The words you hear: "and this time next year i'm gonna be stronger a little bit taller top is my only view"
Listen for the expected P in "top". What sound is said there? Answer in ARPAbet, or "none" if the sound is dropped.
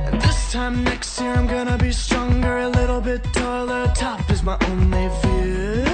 F